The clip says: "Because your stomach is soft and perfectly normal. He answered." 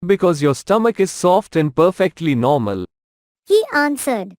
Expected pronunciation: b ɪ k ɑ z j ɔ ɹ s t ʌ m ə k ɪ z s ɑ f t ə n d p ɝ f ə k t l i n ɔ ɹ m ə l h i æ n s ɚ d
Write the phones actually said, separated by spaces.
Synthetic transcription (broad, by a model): b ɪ k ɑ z j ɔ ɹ s t ʌ m ə k ɪ z s ɑ f t ə n d p ɝ f ə k t l i n ɔ ɹ m ə l h i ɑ n s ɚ d